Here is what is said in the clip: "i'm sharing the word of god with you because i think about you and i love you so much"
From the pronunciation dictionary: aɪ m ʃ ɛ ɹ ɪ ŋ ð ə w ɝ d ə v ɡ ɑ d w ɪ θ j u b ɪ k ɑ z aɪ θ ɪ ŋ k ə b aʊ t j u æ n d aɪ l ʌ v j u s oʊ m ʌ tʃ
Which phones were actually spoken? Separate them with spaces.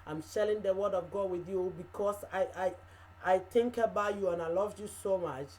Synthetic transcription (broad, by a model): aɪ m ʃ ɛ l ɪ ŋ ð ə w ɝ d ə v ɡ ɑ w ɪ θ j u b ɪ k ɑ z aɪ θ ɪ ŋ k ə b aʊ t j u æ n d aɪ l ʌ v j u s oʊ m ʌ tʃ